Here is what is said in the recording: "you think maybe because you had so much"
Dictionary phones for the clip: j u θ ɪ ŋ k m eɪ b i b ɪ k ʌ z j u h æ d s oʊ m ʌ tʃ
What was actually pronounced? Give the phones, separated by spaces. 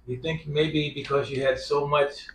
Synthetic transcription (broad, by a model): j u θ ɪ ŋ k m eɪ b i b ɪ k ʌ z j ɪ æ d s oʊ m ʌ tʃ